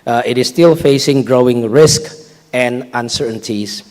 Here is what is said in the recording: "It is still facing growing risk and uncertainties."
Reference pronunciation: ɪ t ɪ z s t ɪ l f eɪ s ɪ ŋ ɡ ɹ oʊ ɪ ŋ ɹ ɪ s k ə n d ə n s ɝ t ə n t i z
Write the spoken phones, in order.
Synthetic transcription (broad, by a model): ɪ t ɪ s t ɪ l f eɪ s ɪ ŋ ɡ ɹ oʊ ɪ ŋ ɹ ɪ s k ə n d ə n s ɝ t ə n t i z